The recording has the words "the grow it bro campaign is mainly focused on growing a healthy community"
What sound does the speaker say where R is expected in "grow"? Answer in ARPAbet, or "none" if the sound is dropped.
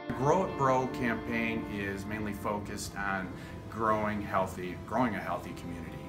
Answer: R